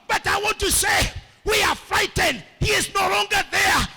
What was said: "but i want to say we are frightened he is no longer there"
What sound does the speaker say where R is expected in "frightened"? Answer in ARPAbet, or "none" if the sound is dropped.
R